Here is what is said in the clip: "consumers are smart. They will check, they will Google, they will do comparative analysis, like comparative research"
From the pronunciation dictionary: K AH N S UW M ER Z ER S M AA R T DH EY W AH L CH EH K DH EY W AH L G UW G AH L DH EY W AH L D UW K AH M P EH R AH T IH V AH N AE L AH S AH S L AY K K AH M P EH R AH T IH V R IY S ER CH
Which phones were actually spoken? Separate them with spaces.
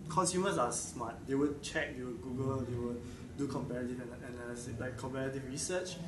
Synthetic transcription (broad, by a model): K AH N S UW M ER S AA S M AA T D EY W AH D CH EH K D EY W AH G UW G AH L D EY W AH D D UW K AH M P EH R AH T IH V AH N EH N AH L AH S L AY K K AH M P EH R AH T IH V R IY S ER CH